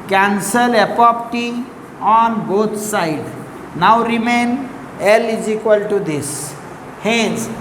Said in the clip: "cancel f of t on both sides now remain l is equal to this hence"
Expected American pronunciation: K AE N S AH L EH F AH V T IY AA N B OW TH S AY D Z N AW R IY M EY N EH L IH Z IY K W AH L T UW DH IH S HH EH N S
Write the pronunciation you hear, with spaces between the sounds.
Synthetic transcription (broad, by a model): K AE N S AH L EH P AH P T IY AA N B OW T S AY D N AW R IY M EY N EH L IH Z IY K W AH L T UW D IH S HH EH N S